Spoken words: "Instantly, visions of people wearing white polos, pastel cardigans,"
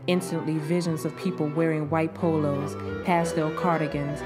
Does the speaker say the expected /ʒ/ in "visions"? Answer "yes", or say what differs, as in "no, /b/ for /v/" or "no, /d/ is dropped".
yes